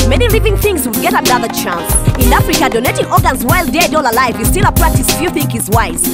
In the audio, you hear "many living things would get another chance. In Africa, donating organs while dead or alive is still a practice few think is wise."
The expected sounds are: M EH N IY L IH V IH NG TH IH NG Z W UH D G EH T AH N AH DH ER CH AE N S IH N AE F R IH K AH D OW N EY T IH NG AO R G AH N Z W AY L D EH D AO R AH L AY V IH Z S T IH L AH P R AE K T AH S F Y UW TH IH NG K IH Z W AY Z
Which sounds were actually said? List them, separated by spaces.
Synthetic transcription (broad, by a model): M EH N IY L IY V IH NG TH IH NG Z W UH D G EH T AH N AH DH ER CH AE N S IH N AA F R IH K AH D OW N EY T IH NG AO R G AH N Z W AY L D EH D AO L AH L AY V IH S T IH L AH P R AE K T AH S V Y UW TH IH NG K IH Z W AY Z